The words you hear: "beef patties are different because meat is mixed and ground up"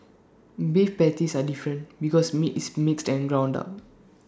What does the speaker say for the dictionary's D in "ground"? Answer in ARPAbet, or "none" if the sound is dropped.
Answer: D